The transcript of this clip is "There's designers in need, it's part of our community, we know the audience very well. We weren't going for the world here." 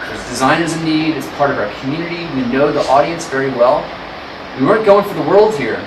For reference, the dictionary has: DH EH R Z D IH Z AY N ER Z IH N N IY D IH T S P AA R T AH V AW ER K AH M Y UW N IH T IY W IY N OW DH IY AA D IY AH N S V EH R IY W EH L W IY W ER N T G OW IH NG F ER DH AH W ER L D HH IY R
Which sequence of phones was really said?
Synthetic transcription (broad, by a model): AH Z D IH Z AY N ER Z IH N N IY D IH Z P AA R T AH V AW ER K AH M Y UW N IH T IY W IY N OW DH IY AA D IY AH N S V EH R IY W EH L W IY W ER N G OW IH NG F ER DH AH W ER L D HH IY R